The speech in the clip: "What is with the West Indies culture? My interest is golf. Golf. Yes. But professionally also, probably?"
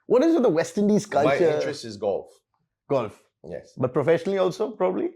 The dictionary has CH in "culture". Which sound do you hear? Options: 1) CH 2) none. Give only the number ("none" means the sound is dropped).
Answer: 2